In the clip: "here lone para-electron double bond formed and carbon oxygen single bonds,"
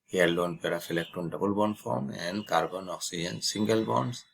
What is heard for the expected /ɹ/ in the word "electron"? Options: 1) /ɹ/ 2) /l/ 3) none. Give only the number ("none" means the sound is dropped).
3